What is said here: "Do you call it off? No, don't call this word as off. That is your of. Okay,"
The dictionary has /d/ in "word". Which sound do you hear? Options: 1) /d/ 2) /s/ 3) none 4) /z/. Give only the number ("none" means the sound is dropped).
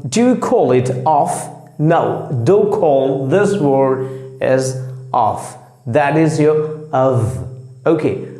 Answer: 3